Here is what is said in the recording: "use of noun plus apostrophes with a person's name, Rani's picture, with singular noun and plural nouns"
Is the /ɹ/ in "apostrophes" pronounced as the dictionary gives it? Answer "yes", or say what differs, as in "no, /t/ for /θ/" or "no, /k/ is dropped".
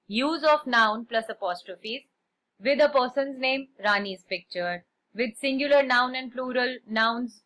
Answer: yes